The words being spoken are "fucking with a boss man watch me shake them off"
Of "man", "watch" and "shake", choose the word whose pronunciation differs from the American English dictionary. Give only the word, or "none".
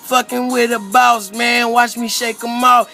none